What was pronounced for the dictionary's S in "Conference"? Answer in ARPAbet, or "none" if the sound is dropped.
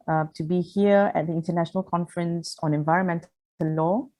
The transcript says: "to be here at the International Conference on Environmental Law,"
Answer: S